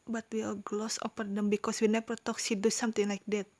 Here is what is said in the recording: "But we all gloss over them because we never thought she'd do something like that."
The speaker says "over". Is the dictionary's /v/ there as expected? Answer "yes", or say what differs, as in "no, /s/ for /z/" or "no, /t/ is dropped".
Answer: no, /p/ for /v/